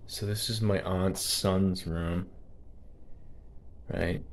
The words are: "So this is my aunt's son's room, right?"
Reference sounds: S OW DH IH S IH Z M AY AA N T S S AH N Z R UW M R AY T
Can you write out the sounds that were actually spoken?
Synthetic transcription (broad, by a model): S OW DH IH S IH Z M AY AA N T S S AH N Z R UW M R AY T